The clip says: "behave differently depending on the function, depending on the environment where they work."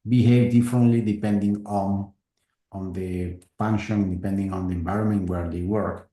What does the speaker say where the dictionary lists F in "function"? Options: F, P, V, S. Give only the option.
P